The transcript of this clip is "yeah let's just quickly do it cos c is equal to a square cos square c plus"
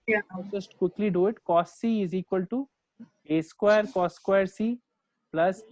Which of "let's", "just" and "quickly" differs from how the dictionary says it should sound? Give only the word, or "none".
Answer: let's